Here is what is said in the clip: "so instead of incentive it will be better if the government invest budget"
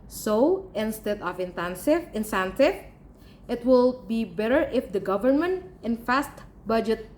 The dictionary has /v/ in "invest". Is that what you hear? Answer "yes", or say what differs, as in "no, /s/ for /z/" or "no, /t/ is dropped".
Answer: no, /f/ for /v/